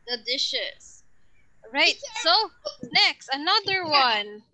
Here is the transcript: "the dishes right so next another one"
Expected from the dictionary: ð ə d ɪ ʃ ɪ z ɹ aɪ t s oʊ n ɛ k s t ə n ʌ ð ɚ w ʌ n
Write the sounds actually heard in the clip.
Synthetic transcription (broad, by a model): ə d ɪ ʃ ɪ s ɹ aɪ t s oʊ n ɛ k s t ə n ʌ ð ɚ w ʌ n